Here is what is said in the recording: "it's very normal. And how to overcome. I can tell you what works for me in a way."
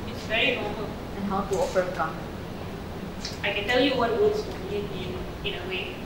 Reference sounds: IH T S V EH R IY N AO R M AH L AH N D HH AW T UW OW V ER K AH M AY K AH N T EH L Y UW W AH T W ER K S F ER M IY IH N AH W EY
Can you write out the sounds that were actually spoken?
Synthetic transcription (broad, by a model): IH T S V EH R IY N AO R M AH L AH N HH AW T UW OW F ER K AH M AY K AH N T EH L Y UW W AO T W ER S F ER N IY IH N AH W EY